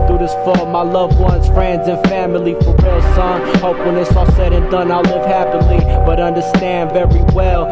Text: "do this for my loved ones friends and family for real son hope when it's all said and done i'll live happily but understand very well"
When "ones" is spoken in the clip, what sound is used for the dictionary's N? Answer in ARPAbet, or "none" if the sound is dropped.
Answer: N